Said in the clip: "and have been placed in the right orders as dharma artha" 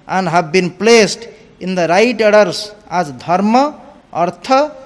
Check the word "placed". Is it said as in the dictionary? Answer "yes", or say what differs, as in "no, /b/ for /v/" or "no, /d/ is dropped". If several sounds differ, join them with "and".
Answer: yes